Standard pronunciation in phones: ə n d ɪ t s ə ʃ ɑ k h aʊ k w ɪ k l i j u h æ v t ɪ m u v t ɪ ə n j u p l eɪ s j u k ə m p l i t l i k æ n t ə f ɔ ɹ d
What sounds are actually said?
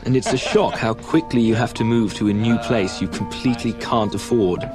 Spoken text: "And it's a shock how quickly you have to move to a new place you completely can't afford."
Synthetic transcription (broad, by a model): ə n ɪ t s ə ʃ ɑ k h aʊ k w ɪ k l i j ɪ h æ f t ɪ m u v t ɪ ə n j u p l eɪ s j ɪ k m p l i t l i k æ n t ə f ɔ ɹ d